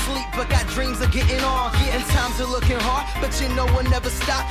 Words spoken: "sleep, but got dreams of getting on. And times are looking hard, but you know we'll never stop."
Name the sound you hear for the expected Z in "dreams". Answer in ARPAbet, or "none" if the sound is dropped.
Z